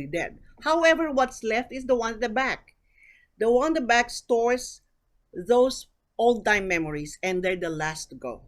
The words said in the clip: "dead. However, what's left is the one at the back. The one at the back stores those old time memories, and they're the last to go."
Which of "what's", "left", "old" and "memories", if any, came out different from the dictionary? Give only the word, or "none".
memories